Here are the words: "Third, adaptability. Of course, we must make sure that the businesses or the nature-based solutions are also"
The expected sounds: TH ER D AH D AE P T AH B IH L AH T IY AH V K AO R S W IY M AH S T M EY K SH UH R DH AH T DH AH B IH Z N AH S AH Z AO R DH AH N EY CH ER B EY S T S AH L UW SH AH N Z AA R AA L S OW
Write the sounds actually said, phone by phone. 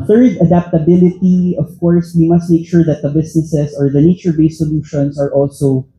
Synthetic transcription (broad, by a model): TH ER D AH D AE P T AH B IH L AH T IY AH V K AO R S W IY M AH S T M EY K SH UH R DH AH T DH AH B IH S N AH S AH S AO R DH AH N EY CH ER B EY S S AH L UW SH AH N S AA R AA L S OW